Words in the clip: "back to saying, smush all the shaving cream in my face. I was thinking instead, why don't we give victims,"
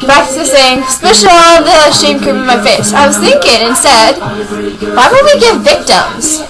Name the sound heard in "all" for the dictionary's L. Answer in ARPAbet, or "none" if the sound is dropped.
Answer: N